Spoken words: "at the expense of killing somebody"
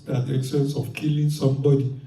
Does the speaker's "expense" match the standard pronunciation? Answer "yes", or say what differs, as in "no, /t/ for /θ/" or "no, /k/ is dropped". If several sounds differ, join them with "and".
no, /p/ is dropped